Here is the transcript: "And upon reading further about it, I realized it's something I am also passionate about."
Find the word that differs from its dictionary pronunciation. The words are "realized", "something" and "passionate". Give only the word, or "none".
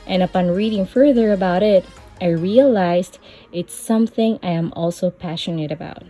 none